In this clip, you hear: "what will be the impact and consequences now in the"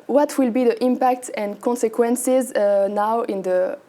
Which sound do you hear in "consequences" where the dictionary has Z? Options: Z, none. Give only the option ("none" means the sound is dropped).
Z